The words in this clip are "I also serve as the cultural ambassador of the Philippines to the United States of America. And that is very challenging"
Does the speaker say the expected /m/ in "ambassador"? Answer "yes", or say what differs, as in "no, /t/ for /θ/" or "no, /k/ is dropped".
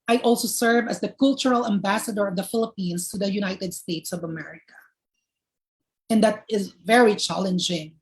yes